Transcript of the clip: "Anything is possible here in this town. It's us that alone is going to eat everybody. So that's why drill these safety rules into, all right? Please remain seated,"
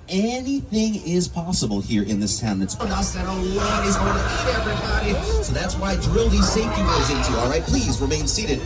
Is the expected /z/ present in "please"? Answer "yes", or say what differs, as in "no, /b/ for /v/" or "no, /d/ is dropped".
yes